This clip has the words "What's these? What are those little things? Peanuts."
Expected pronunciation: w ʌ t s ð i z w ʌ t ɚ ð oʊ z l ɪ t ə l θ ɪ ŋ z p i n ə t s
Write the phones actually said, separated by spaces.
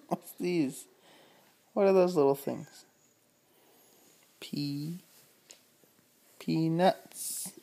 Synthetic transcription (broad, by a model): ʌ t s ð i z w ʌ t ɚ ð oʊ z l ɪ t l θ ɪ ŋ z p i n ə t s